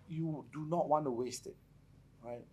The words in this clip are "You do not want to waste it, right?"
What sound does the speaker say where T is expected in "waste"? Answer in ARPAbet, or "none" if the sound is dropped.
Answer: T